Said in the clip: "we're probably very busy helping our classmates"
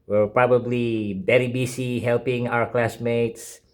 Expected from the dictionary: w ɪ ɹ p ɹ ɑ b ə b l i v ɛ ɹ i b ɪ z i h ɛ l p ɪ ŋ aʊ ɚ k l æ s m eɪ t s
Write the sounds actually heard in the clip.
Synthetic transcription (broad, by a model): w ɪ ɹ p ɹ ɑ b ə b l i b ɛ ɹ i b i s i h ɛ l p ɪ ŋ aʊ ɚ k l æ s m eɪ t s